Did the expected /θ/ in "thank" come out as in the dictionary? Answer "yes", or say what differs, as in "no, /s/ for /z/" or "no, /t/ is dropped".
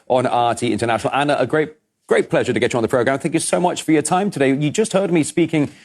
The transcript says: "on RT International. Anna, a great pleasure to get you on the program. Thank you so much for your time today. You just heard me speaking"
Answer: yes